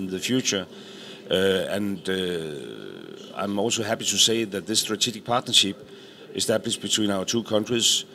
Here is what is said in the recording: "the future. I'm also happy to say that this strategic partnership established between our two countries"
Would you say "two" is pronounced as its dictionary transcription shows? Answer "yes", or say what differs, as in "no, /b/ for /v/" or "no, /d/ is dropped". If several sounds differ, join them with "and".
no, /s/ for /t/